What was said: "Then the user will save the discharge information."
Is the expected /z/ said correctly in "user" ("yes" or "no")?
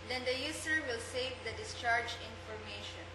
no